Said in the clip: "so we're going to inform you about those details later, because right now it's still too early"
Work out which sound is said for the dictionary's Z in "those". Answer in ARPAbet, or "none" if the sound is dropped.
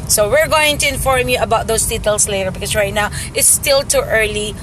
S